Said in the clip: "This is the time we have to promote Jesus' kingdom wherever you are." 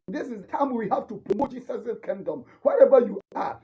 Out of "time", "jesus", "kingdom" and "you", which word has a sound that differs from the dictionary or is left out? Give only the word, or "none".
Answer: jesus